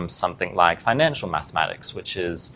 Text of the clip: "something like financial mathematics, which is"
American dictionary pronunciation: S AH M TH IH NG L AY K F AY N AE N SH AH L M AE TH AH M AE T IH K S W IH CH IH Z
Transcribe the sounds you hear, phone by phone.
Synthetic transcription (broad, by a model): S AH M TH IH NG L AY K F AY N AE N SH AH L M AE TH AH M AE T IH K S W IH CH IH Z